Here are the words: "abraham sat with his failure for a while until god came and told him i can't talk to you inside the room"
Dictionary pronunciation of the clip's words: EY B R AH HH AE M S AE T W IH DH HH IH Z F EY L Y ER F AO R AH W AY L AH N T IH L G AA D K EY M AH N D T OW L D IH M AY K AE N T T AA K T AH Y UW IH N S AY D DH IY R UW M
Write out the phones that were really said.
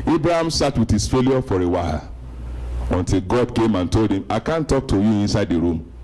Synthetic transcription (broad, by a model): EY B R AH HH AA M S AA T W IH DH HH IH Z F EY L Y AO F AO R AH W AY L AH N T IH L G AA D K EY M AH N T OW L D IH M AY K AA N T T AA K T AH Y UW IH N S AY D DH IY R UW M